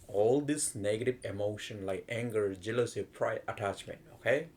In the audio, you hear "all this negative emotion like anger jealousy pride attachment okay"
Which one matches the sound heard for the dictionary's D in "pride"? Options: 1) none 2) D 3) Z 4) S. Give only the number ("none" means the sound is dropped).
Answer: 1